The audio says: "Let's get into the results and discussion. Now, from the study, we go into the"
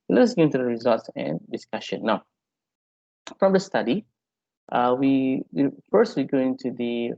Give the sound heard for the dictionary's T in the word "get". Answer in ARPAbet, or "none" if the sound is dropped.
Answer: none